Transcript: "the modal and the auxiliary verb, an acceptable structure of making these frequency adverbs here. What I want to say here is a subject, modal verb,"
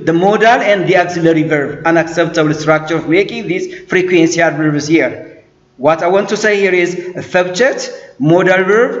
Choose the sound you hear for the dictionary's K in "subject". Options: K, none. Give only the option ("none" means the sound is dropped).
none